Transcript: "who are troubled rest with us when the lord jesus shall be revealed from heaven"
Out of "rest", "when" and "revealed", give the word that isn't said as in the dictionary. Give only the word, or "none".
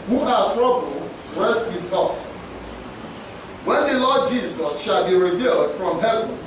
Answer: none